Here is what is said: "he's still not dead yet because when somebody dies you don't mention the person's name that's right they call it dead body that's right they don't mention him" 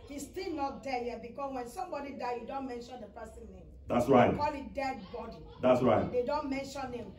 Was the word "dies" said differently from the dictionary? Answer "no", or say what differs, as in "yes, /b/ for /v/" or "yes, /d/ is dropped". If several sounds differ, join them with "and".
yes, /z/ is dropped